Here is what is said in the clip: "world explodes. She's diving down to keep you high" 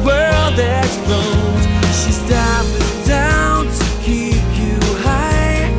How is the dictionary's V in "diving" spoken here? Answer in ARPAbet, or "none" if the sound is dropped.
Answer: P